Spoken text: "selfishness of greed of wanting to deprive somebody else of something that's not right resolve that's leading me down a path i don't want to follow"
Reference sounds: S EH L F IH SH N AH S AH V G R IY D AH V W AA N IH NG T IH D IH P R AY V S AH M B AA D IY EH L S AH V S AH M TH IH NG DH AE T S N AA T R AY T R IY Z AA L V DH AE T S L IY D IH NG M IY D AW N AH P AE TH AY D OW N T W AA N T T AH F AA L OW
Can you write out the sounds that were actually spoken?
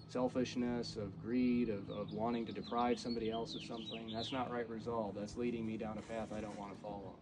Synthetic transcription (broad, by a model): S EH L F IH SH N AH S AH V G R IY D AH V W AA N IH NG T IH D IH P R AY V S AH M B AA D IY EH L S AH V S AH M TH IH NG DH AE T S N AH T R AY T R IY Z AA L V DH AE T S L IY D IH NG M IY D AW N AH P AE TH AY D OW N T W AA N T T AH F AA L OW